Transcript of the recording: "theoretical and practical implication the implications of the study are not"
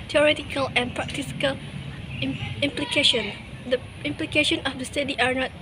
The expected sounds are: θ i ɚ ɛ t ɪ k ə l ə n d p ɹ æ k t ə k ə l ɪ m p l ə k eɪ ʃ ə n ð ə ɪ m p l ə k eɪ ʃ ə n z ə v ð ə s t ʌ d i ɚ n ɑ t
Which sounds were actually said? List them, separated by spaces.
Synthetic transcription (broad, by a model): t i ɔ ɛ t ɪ k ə l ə n p ɹ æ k t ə k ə l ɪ m p l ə k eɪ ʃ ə n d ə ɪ m p l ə k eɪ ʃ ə n ə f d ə s t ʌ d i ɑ n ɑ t